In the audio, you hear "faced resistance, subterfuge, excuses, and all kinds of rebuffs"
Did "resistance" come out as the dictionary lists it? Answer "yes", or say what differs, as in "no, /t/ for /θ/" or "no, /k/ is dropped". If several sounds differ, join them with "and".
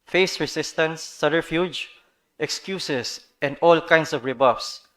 no, /s/ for /z/